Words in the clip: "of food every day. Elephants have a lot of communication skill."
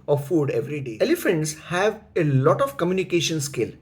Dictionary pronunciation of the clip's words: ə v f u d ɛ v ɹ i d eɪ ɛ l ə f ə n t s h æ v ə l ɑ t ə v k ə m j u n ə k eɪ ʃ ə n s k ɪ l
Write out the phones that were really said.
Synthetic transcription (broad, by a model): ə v f u d ɛ v ɹ i d eɪ ɛ l ə f ə n t s h æ v ə l ɑ t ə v k ə m j u n ə k eɪ ʃ ə n s k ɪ l